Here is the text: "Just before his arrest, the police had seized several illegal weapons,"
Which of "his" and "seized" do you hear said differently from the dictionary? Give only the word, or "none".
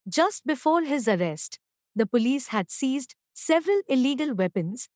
none